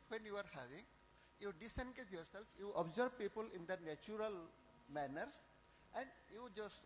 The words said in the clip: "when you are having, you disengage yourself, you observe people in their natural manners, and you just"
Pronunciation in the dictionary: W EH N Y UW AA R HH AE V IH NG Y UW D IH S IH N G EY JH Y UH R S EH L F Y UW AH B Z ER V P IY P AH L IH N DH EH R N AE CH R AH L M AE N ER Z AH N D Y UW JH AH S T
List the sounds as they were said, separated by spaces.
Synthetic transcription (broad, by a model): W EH N Y UW AA R HH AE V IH NG Y UW D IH S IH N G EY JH Y UH R S EH L F Y UW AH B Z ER B P IY P AH L IH N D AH N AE CH R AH L M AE N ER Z AH N D Y UW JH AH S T